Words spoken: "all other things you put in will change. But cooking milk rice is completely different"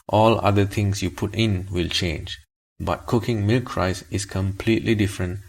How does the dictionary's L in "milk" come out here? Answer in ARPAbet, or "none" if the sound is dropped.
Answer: L